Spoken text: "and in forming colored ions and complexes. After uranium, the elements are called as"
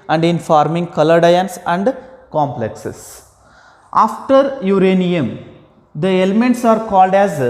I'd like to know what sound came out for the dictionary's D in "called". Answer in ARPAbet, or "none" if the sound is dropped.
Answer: D